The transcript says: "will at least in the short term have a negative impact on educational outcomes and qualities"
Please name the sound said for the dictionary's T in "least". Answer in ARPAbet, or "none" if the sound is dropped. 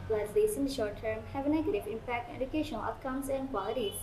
none